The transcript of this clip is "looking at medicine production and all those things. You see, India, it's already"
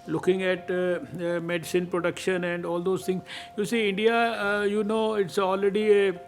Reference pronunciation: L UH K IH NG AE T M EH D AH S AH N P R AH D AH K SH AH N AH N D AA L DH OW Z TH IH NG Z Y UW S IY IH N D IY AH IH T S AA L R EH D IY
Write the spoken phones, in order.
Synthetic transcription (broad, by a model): L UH K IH NG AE T M EH D AH S AH N P R AH D AH K SH AH N AH N D AA L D OW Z T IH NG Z Y UW S IY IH N D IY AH IH T S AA L R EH D IY